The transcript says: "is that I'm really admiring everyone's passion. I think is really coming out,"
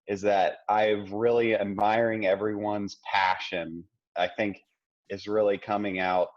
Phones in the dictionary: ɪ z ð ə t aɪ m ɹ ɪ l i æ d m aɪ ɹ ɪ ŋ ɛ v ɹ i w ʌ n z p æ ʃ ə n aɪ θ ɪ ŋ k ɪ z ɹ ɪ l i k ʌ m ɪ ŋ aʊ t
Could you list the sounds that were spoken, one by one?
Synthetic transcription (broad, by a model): ɪ z ð ə t aɪ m ɹ ɪ l i æ d m aɪ ɹ ɪ ŋ ɛ v ɹ i w ʌ n z p æ ʃ ə n aɪ θ ɪ ŋ k ɪ s ɹ ɪ l i k ʌ m ɪ ŋ aʊ t